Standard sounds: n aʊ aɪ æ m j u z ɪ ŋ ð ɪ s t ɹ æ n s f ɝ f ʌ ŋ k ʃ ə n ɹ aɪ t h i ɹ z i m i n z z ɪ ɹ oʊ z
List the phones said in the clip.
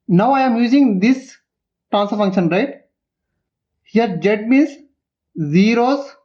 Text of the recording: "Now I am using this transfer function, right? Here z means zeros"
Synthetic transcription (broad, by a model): n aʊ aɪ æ m j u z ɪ ŋ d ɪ s t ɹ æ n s ɝ f ʌ ŋ k ʃ ə n ɹ aɪ t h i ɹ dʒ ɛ m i n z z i ɹ oʊ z